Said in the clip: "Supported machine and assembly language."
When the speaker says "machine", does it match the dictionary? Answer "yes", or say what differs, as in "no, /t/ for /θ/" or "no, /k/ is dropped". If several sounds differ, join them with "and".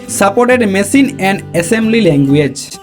no, /s/ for /ʃ/